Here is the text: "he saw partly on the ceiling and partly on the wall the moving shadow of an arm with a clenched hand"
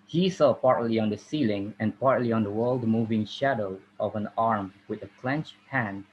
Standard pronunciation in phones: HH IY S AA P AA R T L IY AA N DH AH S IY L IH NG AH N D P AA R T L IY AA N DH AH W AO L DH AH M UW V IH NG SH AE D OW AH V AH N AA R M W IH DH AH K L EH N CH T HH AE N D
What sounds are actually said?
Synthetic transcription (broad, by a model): HH IY S AA P AA R T L IY AA N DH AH S IY L IH NG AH N P AA R T L IY AA N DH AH W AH L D M UW V IH NG SH AE D OW AH V AH N AA R M W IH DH AH K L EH N CH HH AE N